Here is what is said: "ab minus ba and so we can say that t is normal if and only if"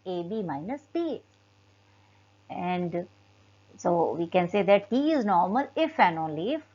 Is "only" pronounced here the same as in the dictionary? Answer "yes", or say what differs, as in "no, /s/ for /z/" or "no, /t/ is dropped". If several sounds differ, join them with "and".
yes